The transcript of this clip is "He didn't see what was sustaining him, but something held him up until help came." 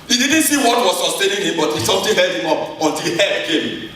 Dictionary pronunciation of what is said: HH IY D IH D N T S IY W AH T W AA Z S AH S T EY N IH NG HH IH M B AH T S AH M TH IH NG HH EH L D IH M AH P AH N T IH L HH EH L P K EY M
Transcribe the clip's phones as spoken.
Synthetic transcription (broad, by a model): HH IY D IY D N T S IY W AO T W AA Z S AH S T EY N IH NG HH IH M B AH T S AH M T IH HH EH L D IH M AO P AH N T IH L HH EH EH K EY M